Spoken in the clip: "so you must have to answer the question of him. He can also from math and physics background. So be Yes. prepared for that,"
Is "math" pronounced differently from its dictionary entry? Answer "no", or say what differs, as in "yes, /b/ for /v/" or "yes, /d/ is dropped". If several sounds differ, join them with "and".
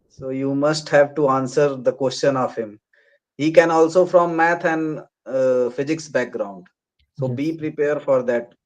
yes, /t/ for /θ/